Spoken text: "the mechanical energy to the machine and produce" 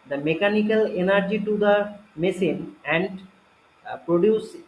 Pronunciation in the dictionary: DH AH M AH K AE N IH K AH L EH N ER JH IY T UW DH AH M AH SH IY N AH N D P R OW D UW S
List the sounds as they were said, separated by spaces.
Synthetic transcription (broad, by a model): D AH M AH K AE N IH K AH L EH N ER JH IY T UW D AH M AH S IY N AH N D P R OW D UW S